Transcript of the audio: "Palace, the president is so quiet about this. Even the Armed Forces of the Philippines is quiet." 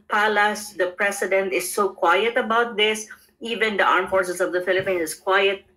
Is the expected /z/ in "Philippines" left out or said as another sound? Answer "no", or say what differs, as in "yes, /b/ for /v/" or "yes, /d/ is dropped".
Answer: yes, /z/ is dropped